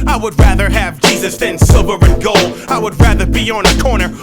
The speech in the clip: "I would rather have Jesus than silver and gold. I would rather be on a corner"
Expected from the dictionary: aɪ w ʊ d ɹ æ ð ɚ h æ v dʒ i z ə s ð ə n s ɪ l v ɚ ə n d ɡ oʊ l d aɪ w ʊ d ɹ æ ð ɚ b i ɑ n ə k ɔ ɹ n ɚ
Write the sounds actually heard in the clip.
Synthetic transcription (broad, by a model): aɪ w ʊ d ɹ æ ð ɚ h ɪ v dʒ i z ə s ð ə n s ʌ v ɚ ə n ɡ oʊ l aɪ w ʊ d ɹ æ ð ɚ b i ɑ n ə k ɔ ɹ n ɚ